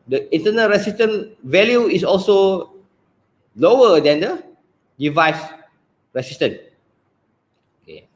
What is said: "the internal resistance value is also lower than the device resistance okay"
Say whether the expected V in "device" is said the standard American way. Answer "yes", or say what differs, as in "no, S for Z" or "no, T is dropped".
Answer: yes